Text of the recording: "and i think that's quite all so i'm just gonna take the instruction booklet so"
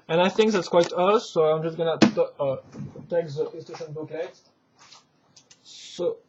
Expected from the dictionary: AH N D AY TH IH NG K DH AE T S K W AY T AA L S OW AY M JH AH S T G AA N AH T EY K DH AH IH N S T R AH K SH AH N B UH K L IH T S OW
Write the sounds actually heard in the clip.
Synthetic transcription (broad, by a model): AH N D AY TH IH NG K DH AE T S K W AY T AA S OW AY M JH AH S G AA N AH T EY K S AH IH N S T EH SH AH N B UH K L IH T S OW